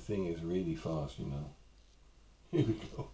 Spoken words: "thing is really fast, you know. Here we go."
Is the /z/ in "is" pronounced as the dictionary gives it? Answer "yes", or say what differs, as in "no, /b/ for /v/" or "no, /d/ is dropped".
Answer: yes